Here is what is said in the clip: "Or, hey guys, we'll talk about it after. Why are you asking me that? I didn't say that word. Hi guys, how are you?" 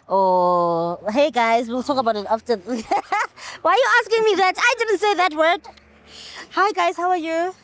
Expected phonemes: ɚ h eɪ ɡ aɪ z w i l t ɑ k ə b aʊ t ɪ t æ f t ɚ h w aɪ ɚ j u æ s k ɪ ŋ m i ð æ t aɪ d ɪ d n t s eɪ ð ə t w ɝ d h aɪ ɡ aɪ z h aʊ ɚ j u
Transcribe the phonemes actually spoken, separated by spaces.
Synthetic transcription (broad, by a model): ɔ h eɪ ɡ aɪ z w i l t ɑ k ə b aʊ t ɪ t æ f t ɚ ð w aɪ ɚ j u æ s k ɪ ŋ m i ð æ t aɪ d ɪ d n t s eɪ ð ə t w ɝ d h aɪ ɡ aɪ z h aʊ ɚ j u